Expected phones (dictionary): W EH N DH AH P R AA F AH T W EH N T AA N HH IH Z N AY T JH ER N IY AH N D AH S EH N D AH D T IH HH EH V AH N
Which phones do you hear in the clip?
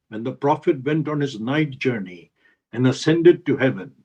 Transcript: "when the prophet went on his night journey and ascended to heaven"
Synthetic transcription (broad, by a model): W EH N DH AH P R AA F AH T W EH N T AA N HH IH Z N AY T JH ER N IY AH N AH S EH N D AH D T IH HH EH V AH N